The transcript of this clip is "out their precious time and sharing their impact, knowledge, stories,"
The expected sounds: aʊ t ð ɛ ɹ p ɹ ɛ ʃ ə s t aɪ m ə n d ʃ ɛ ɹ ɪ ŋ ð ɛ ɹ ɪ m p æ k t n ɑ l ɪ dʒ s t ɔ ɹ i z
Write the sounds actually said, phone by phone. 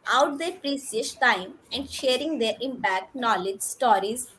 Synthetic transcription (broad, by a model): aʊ t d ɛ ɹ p ɹ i s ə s t aɪ m ə n d ʃ ɛ ɹ ɪ ŋ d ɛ ɹ ɪ m p æ k t n ɑ l ɪ dʒ s t ɔ ɹ i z